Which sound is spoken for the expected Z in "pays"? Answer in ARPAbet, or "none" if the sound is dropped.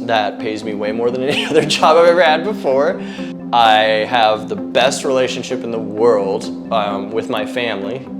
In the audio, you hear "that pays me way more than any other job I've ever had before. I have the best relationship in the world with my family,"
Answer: Z